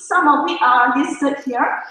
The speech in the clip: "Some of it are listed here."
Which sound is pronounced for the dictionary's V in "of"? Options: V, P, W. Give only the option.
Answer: W